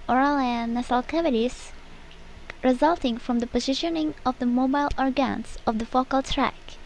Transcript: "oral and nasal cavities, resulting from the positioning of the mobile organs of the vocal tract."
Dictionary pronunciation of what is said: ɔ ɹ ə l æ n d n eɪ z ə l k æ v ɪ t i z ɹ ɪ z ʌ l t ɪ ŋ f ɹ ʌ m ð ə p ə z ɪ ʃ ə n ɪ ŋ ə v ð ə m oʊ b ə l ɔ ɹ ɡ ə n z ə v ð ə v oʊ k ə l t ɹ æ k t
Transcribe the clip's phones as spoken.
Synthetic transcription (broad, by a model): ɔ ɹ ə l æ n n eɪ s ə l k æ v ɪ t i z ɹ ɪ z ʌ l t ɪ ŋ f ɹ ʌ m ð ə p ə z ɪ ʃ ə n ɪ ŋ ə v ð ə m oʊ b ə l ɔ ɹ ɡ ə n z ə v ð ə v oʊ k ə l t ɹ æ k